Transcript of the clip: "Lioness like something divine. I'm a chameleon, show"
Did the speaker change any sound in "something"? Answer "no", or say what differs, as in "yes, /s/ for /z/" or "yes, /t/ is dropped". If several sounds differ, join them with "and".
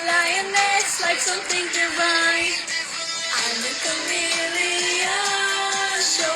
no